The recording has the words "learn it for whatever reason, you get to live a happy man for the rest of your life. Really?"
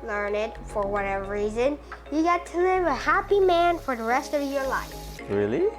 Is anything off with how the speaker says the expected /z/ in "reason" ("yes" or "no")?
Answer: no